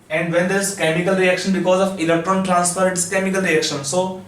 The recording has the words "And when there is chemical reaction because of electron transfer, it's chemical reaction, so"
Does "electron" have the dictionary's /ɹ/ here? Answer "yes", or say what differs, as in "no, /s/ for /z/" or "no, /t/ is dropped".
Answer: yes